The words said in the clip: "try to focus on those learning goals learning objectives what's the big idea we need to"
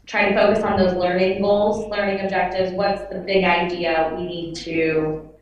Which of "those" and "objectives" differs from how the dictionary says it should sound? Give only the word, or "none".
none